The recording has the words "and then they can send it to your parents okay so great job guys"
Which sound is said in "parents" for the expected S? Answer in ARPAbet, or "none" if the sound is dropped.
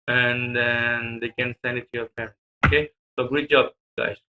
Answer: none